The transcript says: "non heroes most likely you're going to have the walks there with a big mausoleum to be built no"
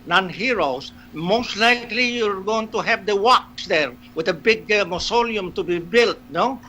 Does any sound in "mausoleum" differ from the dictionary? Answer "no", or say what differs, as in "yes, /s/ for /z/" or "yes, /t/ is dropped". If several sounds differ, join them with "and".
no